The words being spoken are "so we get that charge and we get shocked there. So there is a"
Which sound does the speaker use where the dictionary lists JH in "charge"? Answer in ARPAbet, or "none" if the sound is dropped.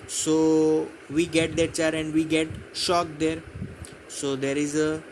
none